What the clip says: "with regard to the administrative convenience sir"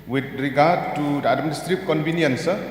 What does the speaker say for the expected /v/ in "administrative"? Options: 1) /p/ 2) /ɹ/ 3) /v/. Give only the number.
1